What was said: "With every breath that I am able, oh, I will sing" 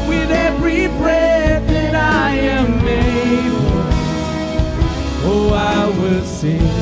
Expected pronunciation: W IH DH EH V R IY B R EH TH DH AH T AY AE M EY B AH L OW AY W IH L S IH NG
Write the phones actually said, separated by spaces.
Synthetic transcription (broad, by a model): W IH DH EH V R IY B R EH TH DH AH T AY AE M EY AH OW AY W IH L S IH